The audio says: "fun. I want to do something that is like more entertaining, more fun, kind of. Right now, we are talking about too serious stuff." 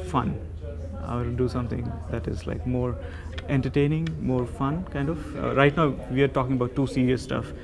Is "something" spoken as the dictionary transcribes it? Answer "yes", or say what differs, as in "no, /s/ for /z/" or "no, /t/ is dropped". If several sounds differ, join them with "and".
no, /t/ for /θ/